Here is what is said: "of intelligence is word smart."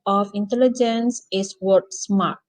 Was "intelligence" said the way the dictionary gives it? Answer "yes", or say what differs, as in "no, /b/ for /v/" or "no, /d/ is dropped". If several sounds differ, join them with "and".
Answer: yes